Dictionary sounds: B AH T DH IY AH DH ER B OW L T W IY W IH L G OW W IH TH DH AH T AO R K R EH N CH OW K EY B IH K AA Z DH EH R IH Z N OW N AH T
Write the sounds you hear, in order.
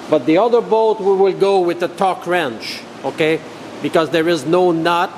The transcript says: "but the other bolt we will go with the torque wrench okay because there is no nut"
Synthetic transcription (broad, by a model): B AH T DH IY AH DH ER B OW T W IY W IH L G OW W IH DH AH T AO K R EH N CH OW K EY B IH K AA Z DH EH R IH Z N OW N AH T